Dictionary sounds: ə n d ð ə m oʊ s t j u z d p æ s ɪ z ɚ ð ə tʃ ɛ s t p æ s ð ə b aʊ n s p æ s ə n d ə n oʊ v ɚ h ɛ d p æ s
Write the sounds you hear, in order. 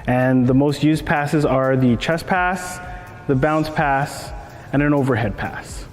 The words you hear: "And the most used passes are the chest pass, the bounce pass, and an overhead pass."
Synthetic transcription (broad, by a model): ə n ð ə m oʊ s t j u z p æ s ɪ z ɚ ð ə tʃ ɛ s p æ s ð ə b aʊ n s p æ s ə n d ə n oʊ v ɚ h ɛ d p æ s